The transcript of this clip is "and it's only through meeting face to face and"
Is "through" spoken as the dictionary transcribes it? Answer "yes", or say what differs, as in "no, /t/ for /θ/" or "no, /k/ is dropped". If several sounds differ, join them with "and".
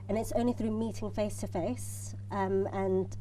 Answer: yes